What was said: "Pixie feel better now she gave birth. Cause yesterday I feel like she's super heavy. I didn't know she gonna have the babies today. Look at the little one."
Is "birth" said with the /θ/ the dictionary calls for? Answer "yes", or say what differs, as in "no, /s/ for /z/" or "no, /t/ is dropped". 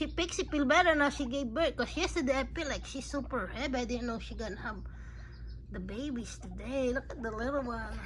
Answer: no, /t/ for /θ/